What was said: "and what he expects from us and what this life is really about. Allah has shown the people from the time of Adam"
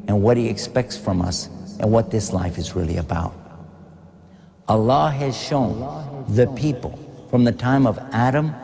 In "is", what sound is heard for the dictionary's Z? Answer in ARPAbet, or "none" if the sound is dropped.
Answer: Z